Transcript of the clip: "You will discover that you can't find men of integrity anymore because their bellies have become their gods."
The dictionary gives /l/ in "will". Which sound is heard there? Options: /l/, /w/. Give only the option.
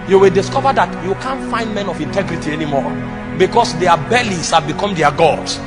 /l/